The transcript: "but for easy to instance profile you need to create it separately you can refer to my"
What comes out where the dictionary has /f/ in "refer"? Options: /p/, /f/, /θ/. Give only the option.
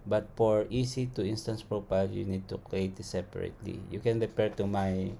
/p/